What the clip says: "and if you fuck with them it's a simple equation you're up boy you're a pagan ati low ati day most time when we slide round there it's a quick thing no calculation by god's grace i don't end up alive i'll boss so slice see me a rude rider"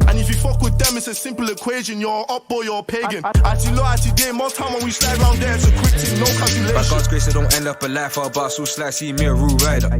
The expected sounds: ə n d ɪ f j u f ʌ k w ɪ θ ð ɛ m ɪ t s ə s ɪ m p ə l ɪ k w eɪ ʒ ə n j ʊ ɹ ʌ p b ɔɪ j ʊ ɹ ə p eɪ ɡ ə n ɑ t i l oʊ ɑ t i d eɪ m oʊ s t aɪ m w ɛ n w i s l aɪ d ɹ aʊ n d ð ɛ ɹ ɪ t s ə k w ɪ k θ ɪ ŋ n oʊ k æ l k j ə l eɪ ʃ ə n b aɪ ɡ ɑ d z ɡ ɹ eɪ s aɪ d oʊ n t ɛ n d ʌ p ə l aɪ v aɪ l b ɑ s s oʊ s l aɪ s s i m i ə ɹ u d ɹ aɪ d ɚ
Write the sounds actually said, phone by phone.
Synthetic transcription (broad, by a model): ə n ɪ f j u f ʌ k w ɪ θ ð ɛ m ɪ t s ə s ɪ m p ə l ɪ k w eɪ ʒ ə n j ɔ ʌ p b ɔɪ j ə p eɪ ɡ ə n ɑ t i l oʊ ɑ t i d eɪ m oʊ t aɪ m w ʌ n w i s l aɪ d ɹ aʊ n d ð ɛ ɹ ɪ t s ə k w ɪ k t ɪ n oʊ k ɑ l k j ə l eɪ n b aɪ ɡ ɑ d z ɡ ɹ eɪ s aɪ d oʊ n t ɛ n d ʌ p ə l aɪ f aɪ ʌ b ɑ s s oʊ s l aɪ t s i m i ə ɹ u ɹ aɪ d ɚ